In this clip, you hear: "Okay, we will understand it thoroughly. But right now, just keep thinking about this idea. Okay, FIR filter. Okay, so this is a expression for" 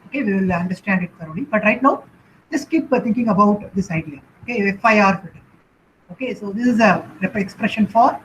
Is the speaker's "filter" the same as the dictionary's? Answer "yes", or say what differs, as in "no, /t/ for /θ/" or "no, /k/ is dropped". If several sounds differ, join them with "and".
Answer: no, /l/ is dropped